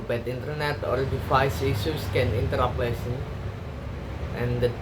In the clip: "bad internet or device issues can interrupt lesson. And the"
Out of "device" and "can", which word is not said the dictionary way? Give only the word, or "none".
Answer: device